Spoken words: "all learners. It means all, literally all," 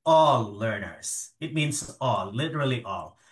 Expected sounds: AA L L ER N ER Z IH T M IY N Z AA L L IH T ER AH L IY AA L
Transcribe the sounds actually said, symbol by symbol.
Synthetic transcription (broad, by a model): AA L L ER N ER Z IH T M IY N Z AA L L IH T ER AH L IY AA L